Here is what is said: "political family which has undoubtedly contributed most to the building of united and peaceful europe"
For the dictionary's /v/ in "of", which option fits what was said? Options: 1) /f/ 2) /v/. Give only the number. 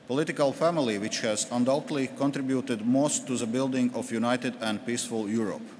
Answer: 1